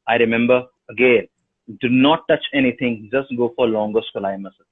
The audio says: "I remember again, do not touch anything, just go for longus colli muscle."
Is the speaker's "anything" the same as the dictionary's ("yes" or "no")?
no